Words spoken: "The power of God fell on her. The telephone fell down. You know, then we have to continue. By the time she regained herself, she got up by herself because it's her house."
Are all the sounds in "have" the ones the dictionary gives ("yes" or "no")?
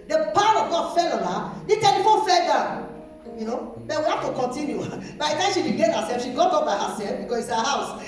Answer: no